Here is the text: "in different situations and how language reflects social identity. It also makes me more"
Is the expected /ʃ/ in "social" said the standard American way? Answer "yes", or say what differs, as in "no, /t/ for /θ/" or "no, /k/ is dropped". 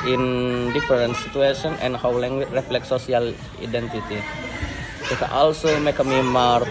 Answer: no, /ʃ/ is dropped